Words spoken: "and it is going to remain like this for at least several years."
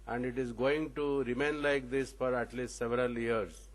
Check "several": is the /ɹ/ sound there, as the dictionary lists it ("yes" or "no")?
yes